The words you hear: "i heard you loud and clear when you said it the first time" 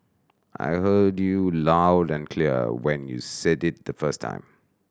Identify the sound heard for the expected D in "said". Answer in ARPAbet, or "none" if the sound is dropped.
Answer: D